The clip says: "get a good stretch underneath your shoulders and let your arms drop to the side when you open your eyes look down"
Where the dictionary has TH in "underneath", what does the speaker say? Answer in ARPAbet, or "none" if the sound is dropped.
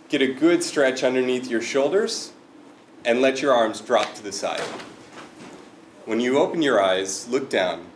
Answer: TH